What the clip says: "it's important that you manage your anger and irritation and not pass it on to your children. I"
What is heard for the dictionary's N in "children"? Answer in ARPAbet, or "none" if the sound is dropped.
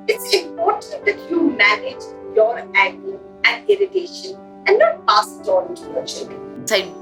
none